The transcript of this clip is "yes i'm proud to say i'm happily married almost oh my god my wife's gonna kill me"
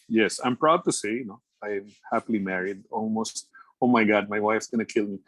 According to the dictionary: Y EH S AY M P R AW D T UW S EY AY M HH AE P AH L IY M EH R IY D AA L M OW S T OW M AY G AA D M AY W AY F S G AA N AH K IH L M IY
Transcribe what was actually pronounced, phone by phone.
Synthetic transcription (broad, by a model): Y EH S AY M P R AW D T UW S EY AY M HH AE P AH L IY M EH R IY D AA L M OW S T OW M AY G AA D M AY W AY F S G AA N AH K IH L M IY